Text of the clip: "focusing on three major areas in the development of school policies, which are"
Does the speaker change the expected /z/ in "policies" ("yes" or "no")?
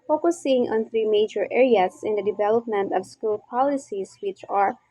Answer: yes